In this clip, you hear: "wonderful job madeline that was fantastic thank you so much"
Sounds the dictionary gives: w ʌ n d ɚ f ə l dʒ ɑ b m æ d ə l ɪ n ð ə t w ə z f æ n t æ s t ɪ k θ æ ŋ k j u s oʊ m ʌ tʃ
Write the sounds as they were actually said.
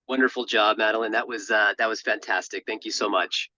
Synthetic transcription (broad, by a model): w ʌ n d ɚ f l dʒ ɑ b m æ d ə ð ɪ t ð ə t w ə z f æ n t æ s t ɪ k θ æ ŋ k j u s oʊ m ʌ tʃ